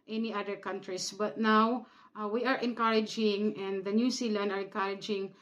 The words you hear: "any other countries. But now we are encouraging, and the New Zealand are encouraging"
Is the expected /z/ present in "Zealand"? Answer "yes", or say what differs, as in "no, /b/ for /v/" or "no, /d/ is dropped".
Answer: no, /s/ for /z/